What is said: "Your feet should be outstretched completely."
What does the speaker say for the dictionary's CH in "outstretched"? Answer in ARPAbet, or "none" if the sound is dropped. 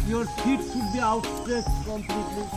S